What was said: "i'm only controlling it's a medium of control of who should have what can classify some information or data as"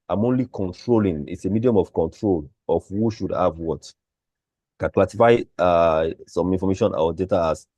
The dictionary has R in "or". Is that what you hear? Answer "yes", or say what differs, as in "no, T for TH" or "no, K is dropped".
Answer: no, W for R